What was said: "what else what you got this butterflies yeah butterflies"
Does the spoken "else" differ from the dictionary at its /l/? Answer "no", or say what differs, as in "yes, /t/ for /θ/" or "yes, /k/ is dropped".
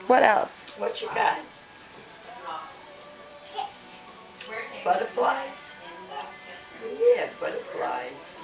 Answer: no